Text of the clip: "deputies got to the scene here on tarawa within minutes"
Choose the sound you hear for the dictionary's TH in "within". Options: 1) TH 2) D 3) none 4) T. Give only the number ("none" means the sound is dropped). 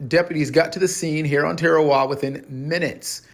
1